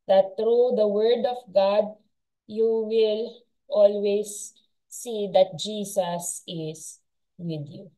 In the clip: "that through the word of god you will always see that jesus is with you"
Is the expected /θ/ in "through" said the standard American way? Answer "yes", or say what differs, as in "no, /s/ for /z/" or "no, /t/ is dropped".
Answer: no, /t/ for /θ/